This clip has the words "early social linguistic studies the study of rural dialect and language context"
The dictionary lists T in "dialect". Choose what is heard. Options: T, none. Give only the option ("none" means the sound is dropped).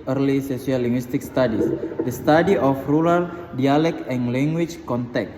none